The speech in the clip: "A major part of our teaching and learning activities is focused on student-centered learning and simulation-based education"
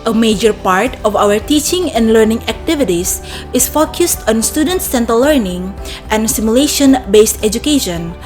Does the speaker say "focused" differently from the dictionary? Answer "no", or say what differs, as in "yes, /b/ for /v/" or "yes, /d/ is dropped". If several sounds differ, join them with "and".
no